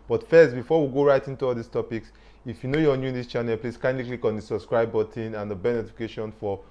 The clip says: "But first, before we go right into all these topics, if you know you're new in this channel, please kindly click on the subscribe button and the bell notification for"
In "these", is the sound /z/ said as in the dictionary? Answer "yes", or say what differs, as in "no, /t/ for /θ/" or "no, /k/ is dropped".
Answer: no, /s/ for /z/